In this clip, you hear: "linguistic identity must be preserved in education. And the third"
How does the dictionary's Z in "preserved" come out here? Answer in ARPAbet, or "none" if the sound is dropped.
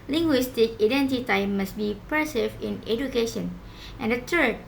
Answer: S